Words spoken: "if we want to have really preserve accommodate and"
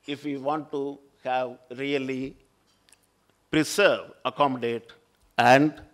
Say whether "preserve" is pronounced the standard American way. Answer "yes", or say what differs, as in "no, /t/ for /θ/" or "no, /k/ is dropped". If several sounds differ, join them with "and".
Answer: no, /s/ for /z/